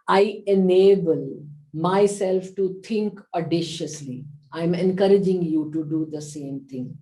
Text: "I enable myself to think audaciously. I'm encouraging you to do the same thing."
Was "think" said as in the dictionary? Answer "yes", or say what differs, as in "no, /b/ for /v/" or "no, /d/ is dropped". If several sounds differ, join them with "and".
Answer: no, /t/ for /θ/